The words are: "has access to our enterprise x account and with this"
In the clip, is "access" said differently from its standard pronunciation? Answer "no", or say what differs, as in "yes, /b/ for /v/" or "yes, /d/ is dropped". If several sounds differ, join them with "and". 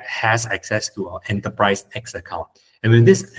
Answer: no